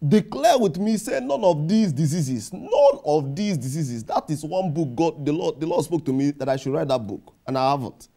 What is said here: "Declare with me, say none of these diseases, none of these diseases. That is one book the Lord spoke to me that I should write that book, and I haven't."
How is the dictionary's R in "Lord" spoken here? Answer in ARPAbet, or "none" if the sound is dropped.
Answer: L